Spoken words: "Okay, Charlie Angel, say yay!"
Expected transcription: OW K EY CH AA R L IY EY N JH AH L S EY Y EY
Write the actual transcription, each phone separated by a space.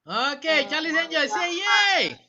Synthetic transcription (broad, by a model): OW K EY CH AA L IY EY JH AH S EY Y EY